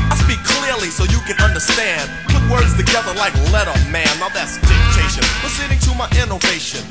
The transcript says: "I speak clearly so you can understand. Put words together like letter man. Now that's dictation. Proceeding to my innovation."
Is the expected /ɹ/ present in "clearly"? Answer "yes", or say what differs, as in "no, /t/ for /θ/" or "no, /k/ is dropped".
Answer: yes